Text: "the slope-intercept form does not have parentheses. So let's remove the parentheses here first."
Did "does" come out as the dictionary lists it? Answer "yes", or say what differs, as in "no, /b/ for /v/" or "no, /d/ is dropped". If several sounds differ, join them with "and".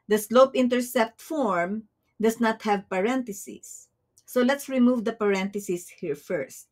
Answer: no, /s/ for /z/